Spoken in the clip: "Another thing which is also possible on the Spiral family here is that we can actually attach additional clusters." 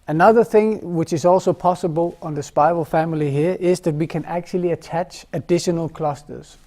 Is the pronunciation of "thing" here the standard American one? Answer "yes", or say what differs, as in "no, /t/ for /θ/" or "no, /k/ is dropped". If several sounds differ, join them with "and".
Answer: yes